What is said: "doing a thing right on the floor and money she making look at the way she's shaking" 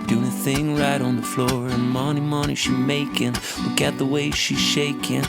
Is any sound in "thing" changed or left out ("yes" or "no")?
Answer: no